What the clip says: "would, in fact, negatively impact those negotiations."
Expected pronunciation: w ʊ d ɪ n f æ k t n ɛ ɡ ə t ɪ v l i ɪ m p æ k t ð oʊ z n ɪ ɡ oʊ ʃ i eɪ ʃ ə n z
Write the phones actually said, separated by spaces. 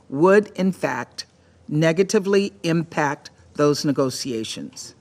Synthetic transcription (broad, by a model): w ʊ d ɪ n f æ k t n ɛ ɡ ə t ɪ v l i ɪ m p æ k t ð oʊ z n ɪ ɡ oʊ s i eɪ ʃ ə n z